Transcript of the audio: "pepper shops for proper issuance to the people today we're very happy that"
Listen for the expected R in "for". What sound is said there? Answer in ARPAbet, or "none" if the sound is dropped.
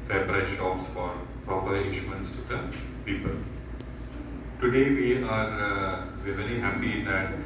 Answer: R